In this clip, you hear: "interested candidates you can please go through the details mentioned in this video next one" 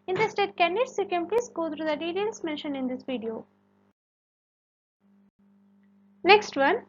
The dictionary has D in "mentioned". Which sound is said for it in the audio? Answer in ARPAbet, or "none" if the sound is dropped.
none